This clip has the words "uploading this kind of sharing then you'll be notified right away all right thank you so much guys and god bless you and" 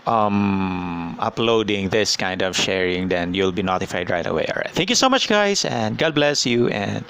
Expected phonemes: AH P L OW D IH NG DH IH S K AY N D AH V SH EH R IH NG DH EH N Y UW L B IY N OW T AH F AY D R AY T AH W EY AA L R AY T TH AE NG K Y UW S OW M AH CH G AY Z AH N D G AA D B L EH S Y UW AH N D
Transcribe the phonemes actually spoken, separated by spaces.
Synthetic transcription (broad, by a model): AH P L OW D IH NG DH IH S K AY N D AH V SH EH R IH NG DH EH N Y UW L B IY N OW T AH F AY D R AY T AH W EY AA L R AY T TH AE NG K Y UW S OW M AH CH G AY S AH N D G AA D B L EH S Y UW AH N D